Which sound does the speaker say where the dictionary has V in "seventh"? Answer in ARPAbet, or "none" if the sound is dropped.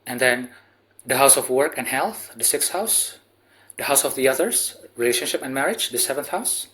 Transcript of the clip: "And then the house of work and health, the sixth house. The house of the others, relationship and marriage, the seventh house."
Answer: V